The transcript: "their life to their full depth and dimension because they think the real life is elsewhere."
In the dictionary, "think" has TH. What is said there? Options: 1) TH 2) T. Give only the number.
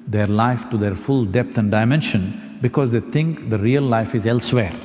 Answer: 2